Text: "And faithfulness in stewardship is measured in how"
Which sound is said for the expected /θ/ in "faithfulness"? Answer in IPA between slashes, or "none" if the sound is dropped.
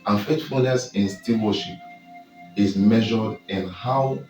/t/